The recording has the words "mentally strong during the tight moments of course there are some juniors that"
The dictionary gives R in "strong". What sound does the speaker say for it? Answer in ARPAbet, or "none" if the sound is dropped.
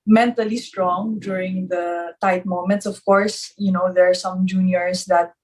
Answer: R